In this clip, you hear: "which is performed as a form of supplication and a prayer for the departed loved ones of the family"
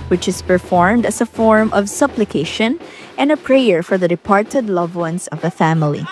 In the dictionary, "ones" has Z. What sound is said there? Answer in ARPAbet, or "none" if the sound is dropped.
S